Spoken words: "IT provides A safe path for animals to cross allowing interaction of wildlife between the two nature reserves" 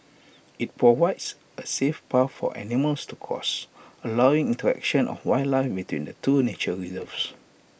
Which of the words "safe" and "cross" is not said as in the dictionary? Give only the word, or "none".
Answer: cross